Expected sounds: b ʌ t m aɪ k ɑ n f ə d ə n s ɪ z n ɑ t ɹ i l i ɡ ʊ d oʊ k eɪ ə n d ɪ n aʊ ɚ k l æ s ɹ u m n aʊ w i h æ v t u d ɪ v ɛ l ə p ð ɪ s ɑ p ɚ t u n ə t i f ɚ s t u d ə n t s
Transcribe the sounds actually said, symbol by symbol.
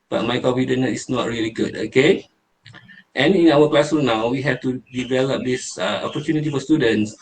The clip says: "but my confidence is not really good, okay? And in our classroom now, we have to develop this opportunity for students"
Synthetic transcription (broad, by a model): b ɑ t m aɪ k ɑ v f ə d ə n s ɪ s n ɑ t ɹ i l i ɡ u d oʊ k eɪ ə n ɪ n aʊ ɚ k l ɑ s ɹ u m n aʊ w i h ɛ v t u d ɪ v ɛ l ə p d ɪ s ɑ p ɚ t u n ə t i f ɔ s t u d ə n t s